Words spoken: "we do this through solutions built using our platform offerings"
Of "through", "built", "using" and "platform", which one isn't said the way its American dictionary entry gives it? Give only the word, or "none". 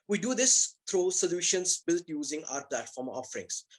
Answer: through